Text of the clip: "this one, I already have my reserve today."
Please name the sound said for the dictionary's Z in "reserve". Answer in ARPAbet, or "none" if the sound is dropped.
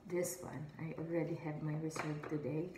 S